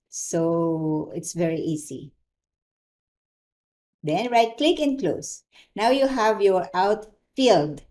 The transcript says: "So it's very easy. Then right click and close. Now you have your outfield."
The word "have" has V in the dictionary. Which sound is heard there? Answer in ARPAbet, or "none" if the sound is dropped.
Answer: V